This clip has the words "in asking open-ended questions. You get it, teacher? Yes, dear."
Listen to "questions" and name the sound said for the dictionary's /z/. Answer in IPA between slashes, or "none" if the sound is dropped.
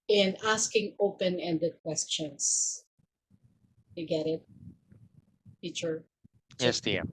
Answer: /s/